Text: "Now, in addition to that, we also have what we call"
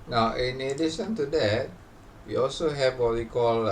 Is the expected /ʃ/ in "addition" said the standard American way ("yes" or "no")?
no